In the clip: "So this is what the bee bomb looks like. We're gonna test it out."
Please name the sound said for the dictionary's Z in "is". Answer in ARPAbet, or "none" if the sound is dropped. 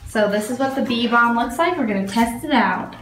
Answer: Z